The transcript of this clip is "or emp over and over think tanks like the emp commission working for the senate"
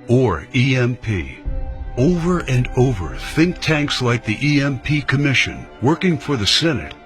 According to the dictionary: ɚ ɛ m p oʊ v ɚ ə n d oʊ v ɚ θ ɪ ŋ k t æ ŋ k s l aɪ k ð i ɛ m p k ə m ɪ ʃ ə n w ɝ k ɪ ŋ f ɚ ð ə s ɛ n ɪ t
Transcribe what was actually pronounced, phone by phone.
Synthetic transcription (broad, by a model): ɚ ɛ m p oʊ v ɚ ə n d oʊ v ɚ θ ɪ ŋ k t æ ŋ k s l aɪ k ð i ɛ m p k ə m ɪ ʃ ə n w ɝ k ɪ ŋ f ɚ ð ə s ɛ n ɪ t